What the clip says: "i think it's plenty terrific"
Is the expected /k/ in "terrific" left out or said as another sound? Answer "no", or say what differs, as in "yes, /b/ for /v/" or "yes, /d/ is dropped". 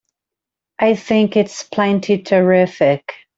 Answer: no